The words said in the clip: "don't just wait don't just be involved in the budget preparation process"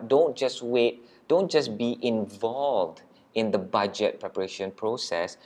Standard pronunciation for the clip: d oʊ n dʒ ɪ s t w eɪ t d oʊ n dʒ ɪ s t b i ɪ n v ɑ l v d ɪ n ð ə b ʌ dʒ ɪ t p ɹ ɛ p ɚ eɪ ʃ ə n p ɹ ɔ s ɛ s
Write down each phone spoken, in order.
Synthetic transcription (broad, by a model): d oʊ n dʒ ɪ s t w eɪ t d oʊ n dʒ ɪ s b i ɪ n v ɑ l v d ɪ n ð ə b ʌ dʒ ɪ t p ɹ ɛ p ɚ eɪ ʃ ə n p ɹ ɔ s ɛ s